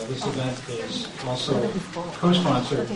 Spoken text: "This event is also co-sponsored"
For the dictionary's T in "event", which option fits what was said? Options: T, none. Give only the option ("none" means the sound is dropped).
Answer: T